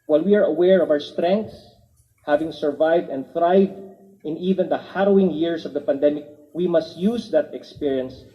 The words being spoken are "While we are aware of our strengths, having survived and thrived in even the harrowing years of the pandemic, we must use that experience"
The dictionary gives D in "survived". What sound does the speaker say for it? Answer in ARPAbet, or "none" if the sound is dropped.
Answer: D